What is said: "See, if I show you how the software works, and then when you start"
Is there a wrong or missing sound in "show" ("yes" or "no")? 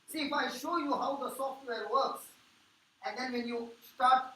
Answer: no